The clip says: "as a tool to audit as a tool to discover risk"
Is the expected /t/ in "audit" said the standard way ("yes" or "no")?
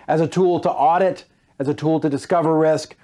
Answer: yes